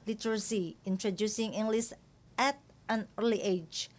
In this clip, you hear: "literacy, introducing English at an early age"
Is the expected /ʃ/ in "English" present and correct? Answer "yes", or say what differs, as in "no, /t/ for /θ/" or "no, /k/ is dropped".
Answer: no, /s/ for /ʃ/